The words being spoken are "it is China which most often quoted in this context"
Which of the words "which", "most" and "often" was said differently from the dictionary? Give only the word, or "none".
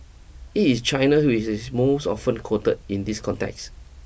which